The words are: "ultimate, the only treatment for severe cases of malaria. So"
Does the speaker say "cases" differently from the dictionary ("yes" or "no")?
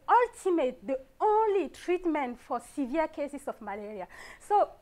yes